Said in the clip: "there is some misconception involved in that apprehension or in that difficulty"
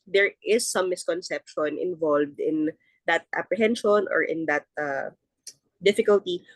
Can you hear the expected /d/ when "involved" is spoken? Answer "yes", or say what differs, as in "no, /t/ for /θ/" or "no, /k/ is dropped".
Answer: yes